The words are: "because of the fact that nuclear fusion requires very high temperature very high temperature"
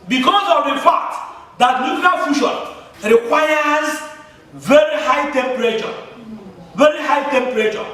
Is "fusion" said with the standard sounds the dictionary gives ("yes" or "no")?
no